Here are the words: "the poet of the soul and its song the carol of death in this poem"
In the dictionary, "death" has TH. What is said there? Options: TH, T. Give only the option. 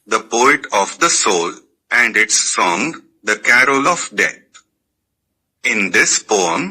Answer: T